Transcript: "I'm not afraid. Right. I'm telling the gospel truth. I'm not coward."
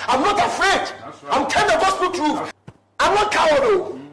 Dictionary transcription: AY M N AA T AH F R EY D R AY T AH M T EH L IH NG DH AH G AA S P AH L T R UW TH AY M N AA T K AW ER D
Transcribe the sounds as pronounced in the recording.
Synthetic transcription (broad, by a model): AY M N AA T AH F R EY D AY AH M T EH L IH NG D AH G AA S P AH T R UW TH AY M N AA T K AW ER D